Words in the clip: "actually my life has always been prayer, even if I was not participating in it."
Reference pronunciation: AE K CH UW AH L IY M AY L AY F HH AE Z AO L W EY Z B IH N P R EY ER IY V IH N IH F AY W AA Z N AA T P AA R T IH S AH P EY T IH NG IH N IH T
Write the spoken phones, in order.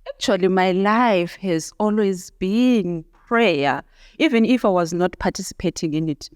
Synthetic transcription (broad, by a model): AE K CH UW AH L IY M AY L AY F HH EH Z AO L W EY Z B IH N P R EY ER IY V IH N IH F AY W AA Z N AA T P AA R T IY S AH P EY T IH NG IH N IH T